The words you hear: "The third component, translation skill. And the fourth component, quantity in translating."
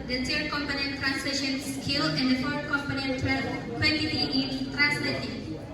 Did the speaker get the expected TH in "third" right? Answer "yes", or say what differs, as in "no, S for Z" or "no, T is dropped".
no, S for TH